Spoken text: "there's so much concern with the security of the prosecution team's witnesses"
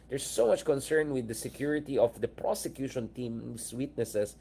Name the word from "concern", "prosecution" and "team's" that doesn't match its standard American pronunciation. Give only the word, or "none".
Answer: team's